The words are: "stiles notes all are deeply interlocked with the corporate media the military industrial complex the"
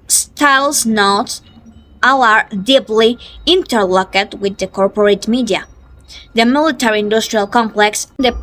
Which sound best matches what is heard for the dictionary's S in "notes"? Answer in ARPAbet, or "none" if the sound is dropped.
none